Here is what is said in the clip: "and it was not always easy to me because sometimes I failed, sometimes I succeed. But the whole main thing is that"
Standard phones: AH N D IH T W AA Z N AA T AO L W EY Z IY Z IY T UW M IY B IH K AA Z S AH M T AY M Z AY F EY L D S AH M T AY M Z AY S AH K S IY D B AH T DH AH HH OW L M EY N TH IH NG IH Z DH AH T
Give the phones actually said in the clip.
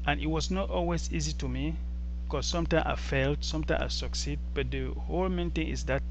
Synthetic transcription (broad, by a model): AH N IH T W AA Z N AA T AO L W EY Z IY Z IY T UW M IY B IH K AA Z S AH M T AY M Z AY F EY L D S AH M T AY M AY S AH K S IY D B AH T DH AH HH OW L M EY N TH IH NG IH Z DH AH T